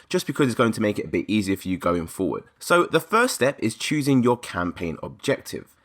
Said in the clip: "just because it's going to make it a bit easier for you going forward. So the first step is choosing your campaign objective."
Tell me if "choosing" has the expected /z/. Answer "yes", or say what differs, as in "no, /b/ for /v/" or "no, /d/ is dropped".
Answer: yes